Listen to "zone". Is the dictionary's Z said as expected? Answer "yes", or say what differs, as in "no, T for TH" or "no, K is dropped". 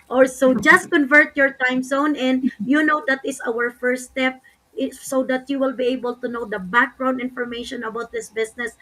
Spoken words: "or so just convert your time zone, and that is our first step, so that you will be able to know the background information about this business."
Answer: no, S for Z